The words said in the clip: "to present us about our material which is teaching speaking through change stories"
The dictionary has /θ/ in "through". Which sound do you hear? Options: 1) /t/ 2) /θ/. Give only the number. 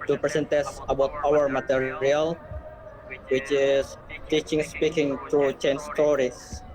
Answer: 1